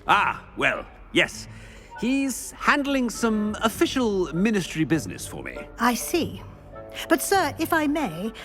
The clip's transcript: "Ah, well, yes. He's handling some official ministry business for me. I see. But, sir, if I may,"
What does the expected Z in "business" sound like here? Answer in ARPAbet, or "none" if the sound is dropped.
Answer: Z